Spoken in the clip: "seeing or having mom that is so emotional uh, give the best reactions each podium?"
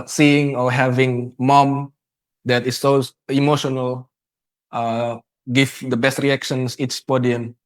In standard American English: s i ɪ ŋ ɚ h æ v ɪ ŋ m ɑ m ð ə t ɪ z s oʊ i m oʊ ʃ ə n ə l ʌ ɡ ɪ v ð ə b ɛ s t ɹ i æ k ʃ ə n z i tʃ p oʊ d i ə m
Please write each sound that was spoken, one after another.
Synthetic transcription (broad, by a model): s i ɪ ŋ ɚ h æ v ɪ ŋ m ɑ m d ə t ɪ s oʊ i m oʊ ʃ ə n ə l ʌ ɡ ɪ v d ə b ɛ s t ɹ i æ k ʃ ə n s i s p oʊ d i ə m